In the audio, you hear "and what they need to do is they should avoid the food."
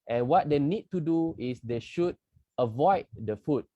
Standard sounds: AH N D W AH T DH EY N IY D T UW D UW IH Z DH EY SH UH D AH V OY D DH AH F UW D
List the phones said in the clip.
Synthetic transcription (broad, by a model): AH N W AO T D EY N IY D T UW D UW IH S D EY SH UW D AH V OY D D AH F UW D